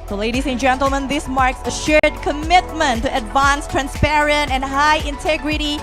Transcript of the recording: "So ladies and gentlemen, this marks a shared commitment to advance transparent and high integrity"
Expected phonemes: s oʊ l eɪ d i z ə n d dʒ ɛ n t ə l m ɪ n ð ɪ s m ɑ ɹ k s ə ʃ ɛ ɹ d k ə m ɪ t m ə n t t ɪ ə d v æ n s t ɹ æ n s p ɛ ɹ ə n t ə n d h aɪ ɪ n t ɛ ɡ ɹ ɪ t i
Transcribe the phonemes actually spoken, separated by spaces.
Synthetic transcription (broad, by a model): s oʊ l eɪ d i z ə n dʒ ɛ n t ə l m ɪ n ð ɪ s m ɑ ɹ k s ə ʃ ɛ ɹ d k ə m ɪ t m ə n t t ɪ ə d v æ n s t ɹ æ n s p ɛ ɹ ə n t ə n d h aɪ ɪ n t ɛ ɡ ɹ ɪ t i